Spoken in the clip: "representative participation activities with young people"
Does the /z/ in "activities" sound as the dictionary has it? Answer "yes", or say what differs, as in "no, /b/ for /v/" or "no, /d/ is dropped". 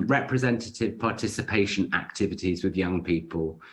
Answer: yes